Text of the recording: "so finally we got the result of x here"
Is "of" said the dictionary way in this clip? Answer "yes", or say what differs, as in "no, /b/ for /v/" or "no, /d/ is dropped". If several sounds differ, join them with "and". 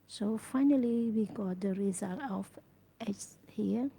no, /f/ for /v/